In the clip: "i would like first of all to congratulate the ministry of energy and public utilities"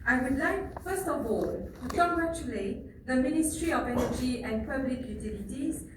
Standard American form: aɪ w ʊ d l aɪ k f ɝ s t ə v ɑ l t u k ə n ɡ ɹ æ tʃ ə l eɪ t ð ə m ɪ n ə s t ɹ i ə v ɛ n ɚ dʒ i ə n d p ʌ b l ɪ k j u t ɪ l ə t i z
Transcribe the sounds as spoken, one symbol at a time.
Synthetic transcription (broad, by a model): aɪ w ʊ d l aɪ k f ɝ s t ə v ɑ l t u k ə ɡ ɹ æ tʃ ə l eɪ t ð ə m ɪ n ə s t ɹ i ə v ɛ n ɚ dʒ i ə n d p ʌ b l ɪ k j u t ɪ l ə t i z